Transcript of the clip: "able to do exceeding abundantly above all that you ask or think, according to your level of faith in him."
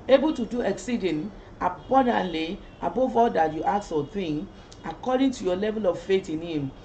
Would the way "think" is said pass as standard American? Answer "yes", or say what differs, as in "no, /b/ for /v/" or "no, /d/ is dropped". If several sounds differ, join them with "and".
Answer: no, /k/ is dropped